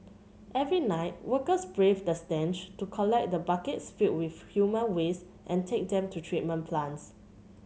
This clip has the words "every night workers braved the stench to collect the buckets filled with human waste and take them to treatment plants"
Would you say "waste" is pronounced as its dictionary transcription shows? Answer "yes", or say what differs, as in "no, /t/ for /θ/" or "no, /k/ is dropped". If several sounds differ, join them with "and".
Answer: yes